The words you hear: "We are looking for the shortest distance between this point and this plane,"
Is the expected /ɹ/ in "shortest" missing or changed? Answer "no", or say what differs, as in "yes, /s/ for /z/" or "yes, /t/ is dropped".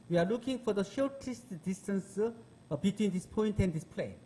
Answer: yes, /l/ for /ɹ/